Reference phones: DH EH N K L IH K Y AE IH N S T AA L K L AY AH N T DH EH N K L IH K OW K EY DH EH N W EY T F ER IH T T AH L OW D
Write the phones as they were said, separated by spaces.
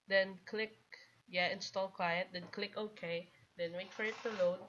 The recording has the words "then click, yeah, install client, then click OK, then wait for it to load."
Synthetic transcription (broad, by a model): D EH N K L IH K Y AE IH N S T AA L K W AY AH T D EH N K L IH K OW K EY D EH N W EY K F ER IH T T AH L OW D